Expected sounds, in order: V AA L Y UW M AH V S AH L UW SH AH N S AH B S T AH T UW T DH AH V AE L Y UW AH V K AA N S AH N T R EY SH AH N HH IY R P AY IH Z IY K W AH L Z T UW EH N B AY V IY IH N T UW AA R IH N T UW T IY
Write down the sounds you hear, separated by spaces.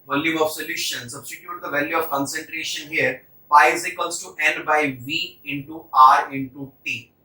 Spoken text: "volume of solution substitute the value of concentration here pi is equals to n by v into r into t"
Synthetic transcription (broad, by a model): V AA L Y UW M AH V S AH L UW SH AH N S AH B S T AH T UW T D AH V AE L Y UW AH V K AA N S AH N T R EY SH AH N HH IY R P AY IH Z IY K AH L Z T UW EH N B AY V IY IH N T UW AA R IH N T UW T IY